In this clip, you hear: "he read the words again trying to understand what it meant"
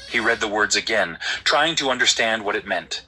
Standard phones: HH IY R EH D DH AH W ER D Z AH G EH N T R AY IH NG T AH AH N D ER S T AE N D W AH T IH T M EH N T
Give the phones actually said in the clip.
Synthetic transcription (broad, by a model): HH IY R EH D DH AH W ER D Z AH G EH N T R AY IH NG T AH AH N D ER S T AE N D W AH T IH T M EH N T